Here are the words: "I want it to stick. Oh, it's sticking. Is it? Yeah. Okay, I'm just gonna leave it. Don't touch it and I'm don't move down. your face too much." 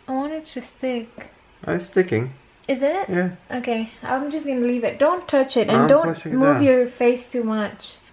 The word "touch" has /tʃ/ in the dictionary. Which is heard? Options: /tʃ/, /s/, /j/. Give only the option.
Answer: /tʃ/